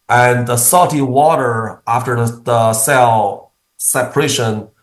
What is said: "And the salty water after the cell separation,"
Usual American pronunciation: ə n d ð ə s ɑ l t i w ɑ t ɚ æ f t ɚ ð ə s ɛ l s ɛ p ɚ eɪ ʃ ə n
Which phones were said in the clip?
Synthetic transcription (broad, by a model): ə n ð ə s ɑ t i w ɑ t ɚ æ f t ɚ ð ə s ɛ l s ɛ p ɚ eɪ ʃ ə n